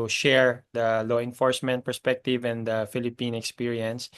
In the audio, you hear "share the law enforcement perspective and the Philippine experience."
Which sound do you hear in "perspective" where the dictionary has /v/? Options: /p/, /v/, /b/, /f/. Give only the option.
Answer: /v/